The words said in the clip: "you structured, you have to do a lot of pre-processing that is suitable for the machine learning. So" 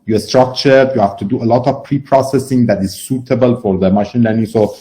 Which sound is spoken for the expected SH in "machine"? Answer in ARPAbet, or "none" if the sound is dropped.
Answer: SH